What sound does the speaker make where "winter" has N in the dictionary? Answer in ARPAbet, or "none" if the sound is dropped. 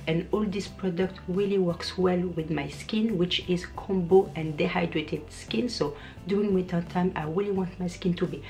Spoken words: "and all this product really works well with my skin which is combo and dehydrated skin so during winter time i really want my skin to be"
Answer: none